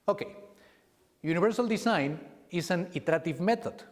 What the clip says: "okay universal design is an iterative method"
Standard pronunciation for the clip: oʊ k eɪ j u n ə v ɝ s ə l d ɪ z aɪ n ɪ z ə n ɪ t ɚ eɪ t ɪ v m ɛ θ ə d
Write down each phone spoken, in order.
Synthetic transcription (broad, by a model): oʊ k eɪ j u n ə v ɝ s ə l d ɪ s aɪ n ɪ s ə n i t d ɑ t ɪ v m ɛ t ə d